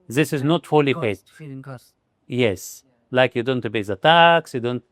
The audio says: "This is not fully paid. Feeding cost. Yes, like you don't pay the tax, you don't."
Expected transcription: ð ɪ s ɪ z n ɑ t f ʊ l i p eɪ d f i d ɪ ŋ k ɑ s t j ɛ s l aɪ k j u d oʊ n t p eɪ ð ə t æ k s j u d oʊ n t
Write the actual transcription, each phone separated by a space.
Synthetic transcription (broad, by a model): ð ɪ s ɪ z n ɑ t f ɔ l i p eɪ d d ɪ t j ɛ s l aɪ k j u d oʊ n t b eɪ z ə t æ k s j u d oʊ n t